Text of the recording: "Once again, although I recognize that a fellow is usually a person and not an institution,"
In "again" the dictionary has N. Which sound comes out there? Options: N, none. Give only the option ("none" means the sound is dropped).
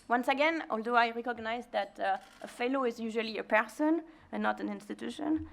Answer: N